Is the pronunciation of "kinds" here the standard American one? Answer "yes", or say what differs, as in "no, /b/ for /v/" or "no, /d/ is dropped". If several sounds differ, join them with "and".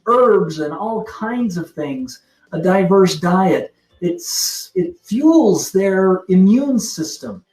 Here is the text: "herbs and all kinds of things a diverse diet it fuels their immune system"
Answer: yes